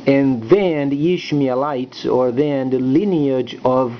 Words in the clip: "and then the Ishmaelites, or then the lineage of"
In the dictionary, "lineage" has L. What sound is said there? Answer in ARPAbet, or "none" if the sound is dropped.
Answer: L